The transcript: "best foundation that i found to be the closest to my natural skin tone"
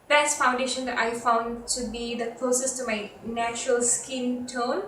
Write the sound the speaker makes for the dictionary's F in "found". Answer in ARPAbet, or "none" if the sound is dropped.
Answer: F